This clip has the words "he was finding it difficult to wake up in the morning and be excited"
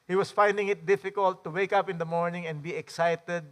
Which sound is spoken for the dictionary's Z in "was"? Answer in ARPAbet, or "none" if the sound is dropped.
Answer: S